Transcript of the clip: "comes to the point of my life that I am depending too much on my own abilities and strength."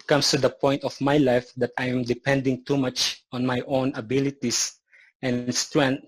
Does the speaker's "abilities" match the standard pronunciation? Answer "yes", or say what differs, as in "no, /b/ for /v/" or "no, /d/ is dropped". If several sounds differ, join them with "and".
no, /s/ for /z/